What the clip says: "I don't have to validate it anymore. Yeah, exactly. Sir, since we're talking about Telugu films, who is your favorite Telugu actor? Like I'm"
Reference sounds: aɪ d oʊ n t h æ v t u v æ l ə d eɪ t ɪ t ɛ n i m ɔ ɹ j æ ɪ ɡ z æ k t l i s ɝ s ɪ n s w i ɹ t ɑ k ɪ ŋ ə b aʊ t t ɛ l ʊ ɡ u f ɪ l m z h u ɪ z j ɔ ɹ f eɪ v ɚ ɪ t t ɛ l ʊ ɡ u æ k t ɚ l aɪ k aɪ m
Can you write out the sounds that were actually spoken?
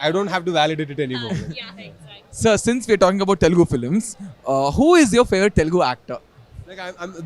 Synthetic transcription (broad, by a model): aɪ d oʊ n t h æ v t u v æ l ə d eɪ t ɪ t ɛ n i m ɔ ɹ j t s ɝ s ɪ n s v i ɹ t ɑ k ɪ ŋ ə b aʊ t t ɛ l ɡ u f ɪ l m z h u ɪ z j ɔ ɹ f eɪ ɚ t t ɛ l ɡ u æ k t ɚ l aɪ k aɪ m